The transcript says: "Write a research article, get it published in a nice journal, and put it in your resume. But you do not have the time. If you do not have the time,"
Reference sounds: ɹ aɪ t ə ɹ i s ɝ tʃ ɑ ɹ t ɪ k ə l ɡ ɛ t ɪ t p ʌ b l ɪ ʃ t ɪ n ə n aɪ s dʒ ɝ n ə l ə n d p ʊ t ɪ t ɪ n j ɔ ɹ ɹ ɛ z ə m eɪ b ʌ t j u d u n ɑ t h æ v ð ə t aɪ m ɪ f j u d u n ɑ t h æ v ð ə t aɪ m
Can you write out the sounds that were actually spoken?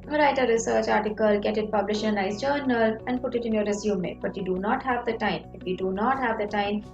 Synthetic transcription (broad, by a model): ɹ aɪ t ə ɹ i s ɝ tʃ ɑ ɹ t ɪ k ə l ɡ ɛ t ɪ t p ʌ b l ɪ ʃ ɪ n ə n aɪ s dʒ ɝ n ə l ə n d p ʊ t ɪ t ɪ n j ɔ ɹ ɹ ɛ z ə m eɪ b ʌ t j u d u n ɑ t h æ v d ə t aɪ m ɪ f j u d u n ɑ t h æ v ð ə t aɪ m